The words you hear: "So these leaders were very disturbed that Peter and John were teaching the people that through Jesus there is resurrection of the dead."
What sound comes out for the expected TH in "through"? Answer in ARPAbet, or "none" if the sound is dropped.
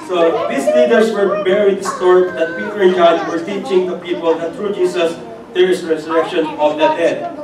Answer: T